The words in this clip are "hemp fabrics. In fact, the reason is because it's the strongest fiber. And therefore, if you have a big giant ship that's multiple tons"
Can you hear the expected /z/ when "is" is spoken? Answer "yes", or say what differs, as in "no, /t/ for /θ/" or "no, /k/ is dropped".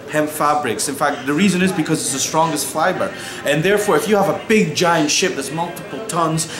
yes